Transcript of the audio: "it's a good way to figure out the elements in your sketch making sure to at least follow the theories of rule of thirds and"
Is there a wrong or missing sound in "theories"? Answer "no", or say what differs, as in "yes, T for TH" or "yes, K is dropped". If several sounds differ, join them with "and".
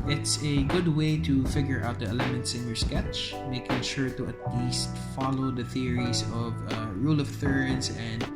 yes, S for Z